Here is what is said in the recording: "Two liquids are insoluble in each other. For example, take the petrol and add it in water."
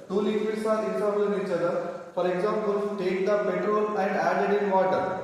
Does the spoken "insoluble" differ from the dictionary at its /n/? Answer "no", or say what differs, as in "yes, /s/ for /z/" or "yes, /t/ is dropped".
yes, /n/ is dropped